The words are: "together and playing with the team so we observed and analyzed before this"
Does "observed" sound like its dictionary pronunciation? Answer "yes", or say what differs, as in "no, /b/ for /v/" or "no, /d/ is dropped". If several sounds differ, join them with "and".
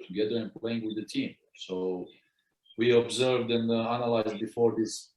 yes